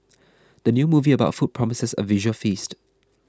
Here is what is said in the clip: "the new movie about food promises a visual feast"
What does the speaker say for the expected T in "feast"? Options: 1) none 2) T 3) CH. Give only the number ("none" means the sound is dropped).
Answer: 2